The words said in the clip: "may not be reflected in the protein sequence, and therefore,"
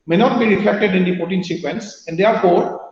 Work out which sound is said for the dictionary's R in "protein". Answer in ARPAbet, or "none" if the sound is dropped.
none